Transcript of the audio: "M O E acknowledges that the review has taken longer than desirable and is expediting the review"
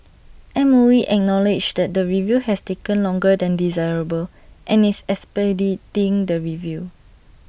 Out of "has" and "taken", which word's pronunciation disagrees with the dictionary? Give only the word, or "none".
has